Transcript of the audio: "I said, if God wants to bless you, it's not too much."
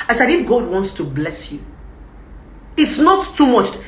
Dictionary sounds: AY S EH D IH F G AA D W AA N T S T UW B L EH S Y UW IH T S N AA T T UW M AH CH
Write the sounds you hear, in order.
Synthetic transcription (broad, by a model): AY S EH D IH F G AA D W AA N T S T UW B L EH S Y UW IH T S N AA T T UW M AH CH